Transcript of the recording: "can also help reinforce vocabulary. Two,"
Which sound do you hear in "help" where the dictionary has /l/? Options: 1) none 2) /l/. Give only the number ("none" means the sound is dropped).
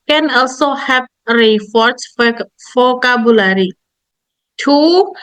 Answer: 1